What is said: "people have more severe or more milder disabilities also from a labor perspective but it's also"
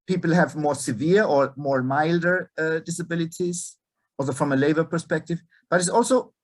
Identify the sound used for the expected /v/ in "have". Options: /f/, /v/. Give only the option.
/v/